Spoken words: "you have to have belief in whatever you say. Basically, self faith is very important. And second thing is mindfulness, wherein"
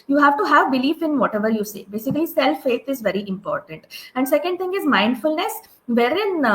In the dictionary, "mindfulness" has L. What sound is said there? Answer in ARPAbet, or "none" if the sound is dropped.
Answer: L